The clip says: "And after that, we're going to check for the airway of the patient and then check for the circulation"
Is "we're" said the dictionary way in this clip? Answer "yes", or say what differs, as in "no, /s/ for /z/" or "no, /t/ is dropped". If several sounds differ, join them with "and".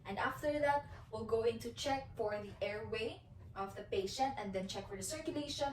no, /l/ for /ɹ/